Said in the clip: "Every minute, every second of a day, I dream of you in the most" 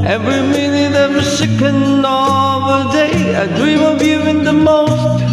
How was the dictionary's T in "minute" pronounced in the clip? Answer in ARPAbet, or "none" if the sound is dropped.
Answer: none